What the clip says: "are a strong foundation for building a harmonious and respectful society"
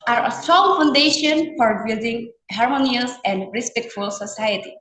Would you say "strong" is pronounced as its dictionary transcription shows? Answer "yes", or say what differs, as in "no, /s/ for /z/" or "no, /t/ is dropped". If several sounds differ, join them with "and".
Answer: no, /ɹ/ is dropped